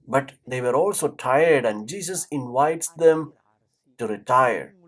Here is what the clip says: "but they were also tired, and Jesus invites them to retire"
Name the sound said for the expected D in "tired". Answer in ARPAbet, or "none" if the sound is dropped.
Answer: D